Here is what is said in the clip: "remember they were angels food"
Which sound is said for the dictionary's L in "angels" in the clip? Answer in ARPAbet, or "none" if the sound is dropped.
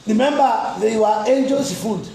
none